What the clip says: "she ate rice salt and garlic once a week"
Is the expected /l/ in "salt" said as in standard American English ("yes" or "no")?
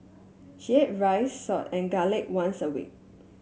no